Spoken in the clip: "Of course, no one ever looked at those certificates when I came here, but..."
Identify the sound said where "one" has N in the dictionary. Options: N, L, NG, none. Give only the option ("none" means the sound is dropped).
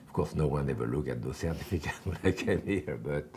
N